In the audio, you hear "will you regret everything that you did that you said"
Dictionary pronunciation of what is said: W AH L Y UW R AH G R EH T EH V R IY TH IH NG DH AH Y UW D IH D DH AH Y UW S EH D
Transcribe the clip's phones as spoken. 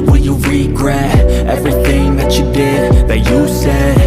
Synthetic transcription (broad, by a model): W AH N Y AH R AH G R EH T EH V R IY TH IH NG DH AH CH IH D IH D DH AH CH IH S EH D